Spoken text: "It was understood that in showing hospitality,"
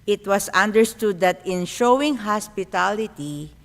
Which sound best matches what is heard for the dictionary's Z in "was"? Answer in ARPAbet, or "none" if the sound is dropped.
S